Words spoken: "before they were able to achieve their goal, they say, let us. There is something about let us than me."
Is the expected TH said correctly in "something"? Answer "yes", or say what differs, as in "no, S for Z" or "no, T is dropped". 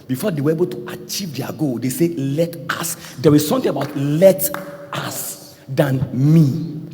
no, T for TH